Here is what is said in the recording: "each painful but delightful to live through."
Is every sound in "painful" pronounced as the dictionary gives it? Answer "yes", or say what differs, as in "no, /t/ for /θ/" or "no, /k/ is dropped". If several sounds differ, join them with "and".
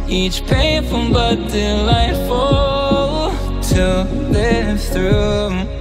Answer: no, /n/ is dropped